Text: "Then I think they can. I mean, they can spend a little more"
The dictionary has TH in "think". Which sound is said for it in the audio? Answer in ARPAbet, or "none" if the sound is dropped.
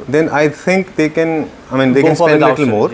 T